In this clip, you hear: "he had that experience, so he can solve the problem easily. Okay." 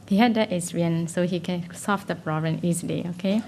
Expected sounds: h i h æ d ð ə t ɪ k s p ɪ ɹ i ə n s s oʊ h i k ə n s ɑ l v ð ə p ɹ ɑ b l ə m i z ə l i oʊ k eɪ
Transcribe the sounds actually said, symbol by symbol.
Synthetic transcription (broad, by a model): h i h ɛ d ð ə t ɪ s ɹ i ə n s s oʊ h i k ə n s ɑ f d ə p ɹ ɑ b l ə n i z ə l i oʊ k eɪ